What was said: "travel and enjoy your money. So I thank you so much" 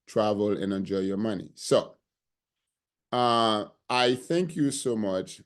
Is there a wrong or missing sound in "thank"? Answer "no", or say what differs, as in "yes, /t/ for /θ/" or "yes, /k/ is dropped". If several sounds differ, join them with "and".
no